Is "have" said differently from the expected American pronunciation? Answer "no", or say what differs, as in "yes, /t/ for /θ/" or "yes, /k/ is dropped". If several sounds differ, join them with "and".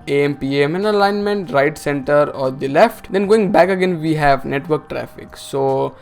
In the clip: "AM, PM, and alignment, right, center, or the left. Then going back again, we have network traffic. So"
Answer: no